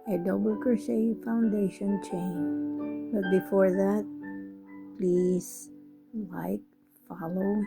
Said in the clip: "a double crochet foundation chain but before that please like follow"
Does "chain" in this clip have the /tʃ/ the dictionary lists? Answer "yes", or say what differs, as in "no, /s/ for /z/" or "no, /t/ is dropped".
yes